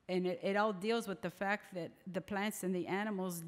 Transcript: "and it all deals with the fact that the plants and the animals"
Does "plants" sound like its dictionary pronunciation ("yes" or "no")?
yes